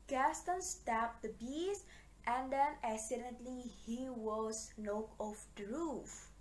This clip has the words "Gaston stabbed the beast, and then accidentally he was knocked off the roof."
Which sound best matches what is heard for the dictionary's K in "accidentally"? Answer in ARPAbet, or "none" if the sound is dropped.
none